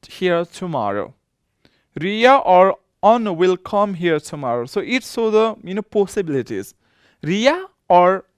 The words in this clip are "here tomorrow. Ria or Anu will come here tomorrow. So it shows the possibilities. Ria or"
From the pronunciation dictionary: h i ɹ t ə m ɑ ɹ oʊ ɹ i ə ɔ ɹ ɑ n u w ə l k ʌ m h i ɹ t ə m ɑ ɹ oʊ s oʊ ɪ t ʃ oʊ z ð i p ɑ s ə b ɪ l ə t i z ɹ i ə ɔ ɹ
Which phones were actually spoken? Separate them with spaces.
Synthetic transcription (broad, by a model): h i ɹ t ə m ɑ ɹ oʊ ɹ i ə ɔ ɹ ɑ n w ə l k ʌ m h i ɹ t ə m ɑ ɹ oʊ s oʊ ɪ t s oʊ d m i p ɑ s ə b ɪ l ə t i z ɹ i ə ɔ ɹ